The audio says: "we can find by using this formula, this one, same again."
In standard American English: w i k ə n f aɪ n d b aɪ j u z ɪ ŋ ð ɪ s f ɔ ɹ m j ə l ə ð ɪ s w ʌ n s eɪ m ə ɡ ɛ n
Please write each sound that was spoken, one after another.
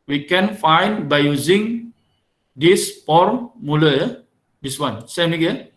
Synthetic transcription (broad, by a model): w i k ə n f aɪ n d b aɪ j u z ɪ ŋ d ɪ s p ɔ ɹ m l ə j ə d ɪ s w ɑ n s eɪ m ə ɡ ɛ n